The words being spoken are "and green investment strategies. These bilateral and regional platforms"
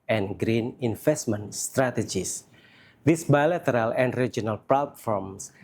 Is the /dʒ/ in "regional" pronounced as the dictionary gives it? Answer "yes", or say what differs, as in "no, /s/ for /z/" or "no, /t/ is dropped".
no, /dʒ/ is dropped